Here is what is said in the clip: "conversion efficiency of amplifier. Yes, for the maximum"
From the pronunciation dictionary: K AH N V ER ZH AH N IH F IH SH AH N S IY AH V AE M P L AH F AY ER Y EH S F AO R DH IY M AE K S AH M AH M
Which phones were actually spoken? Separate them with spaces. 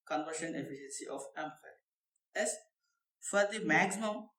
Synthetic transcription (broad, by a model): K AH N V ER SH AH N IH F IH SH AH N S IY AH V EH M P AH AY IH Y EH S F AO R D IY M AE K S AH M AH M